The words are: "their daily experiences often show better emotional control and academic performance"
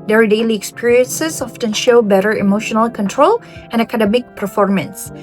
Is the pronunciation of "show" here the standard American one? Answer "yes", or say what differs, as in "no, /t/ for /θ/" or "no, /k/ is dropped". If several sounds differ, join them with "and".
yes